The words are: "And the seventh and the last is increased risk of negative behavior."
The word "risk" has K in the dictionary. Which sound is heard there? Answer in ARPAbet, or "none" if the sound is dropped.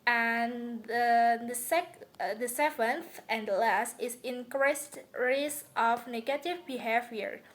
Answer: none